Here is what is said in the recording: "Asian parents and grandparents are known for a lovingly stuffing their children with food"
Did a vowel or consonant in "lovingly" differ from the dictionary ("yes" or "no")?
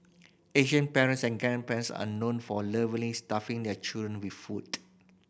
yes